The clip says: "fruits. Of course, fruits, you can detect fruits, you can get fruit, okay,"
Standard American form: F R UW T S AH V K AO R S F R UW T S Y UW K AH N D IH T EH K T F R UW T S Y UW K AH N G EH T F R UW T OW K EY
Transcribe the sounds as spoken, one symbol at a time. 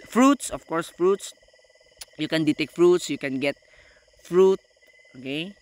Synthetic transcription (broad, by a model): F R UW T S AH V K AO R S F R UW T S Y UW K AH N D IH T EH K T F R UW T S Y UW K AH N G EH T F R UW T OW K EY